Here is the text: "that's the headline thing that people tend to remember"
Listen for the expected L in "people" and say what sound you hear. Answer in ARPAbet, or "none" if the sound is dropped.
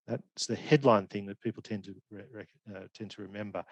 N